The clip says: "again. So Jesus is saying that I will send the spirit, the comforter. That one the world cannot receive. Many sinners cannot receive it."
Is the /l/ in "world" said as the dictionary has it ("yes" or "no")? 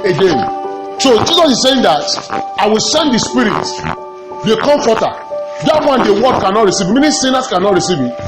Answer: no